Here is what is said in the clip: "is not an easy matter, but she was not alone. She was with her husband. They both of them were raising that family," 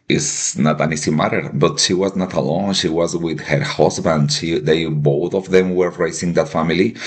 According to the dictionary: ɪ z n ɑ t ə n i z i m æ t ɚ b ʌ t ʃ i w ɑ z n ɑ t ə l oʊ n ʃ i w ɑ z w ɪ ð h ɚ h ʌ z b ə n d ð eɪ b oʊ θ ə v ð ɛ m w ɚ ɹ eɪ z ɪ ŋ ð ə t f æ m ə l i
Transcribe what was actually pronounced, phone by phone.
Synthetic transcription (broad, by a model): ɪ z n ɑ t ə n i s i m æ t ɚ b ʌ t ʃ i w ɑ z n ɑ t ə l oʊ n ʃ i w ɑ z w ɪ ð h ɚ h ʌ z b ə n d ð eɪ b oʊ θ ə v ð ɛ m w ɚ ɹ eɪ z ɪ ŋ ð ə t f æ m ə l i